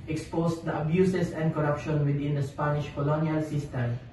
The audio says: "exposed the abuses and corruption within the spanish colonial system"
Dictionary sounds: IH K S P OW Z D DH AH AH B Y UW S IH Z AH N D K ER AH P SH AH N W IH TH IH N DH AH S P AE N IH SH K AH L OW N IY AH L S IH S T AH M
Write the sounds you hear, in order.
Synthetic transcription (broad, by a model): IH K S P OW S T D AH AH B Y UW S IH S AH N D K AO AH P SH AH N W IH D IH N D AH S P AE N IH SH K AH L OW N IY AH L S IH S T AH M